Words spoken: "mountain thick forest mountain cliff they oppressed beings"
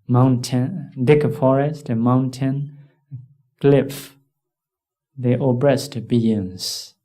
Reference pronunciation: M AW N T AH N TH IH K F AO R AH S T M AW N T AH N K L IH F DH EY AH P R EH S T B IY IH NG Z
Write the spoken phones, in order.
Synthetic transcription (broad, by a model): M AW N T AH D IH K F AO R AH S T M AW N T AH N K L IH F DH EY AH B R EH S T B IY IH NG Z